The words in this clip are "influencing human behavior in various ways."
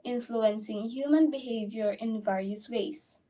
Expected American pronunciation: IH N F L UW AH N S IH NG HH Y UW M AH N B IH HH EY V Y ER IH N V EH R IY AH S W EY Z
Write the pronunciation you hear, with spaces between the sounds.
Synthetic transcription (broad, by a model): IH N F L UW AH N S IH NG HH Y UW M AH N B IH HH EY V Y ER IH N V EH R IY AH S W EY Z